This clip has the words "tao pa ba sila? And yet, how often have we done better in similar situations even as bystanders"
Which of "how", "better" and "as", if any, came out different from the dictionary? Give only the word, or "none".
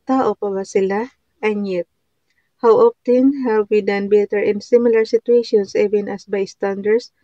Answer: as